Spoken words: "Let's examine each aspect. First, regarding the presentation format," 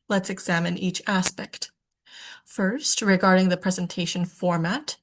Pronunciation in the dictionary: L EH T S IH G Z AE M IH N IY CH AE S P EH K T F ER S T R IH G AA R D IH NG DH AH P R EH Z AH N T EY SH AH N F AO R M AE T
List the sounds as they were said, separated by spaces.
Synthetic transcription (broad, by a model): L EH T S IH G Z AE M IH N IY CH AE S P EH K T F ER S T R IH G AA R D IH NG DH AH P R EH Z AH N T EY SH AH N F AO R M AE T